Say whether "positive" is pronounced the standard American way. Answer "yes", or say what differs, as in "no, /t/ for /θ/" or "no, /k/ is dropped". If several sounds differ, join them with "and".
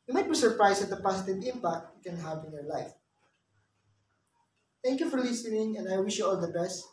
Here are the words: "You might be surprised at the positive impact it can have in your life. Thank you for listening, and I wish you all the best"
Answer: no, /s/ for /z/